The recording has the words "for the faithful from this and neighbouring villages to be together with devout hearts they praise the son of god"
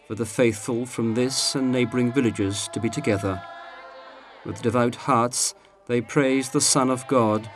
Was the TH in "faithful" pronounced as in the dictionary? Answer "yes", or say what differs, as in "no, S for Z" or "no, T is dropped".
yes